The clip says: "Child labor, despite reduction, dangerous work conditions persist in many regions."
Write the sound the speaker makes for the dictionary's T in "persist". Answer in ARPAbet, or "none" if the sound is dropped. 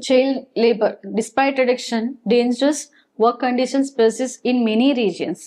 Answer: none